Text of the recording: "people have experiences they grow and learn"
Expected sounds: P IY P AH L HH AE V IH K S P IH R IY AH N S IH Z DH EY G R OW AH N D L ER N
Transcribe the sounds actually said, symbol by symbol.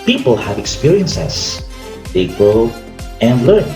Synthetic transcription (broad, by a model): P IY P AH L HH AE V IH K S P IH R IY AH N S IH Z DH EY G OW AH N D L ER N